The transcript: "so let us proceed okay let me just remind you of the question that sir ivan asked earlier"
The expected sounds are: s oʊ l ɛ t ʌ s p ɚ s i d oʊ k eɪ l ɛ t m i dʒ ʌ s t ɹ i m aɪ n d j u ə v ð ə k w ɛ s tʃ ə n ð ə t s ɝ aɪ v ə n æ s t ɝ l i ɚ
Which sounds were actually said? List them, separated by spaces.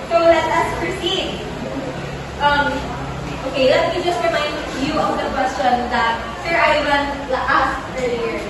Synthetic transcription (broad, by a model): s oʊ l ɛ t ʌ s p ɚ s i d oʊ k eɪ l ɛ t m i dʒ ʌ s t ɹ i m aɪ n d j u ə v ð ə k w ɛ s tʃ ə n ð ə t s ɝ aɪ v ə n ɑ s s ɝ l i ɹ